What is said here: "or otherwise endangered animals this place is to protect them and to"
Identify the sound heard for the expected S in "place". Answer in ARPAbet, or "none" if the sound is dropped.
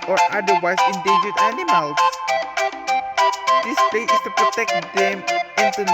none